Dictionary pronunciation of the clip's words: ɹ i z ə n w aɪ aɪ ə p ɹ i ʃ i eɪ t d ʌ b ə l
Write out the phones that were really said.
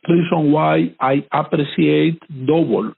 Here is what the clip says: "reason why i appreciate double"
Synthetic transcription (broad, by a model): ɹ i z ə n w aɪ aɪ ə p ɹ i s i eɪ t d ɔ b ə l